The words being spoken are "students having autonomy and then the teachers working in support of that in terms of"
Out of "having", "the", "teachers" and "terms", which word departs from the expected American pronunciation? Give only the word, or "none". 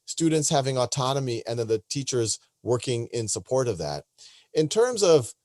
none